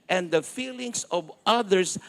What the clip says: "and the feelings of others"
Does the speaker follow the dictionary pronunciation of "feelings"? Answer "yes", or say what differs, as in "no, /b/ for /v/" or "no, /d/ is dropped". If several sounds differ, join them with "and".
no, /s/ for /z/